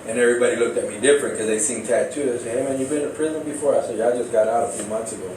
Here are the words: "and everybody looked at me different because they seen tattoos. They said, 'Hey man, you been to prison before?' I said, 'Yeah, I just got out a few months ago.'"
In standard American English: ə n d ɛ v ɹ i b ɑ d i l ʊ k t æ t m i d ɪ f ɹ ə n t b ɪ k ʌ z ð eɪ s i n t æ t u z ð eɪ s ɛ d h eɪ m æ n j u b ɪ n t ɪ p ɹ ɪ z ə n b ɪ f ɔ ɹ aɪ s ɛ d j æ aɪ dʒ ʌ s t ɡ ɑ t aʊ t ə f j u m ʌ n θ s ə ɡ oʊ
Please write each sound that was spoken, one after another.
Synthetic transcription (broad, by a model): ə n ɛ v ɹ i b ɑ d i l ʊ k t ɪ t m i d ɪ f ɹ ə n k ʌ z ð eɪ s i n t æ t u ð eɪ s h eɪ m æ n j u b ɪ n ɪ p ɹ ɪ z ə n b ɪ f ɔ ɹ aɪ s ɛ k aɪ dʒ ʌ s ɡ ɑ t aʊ t ə f j u m ʌ n θ s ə ɡ oʊ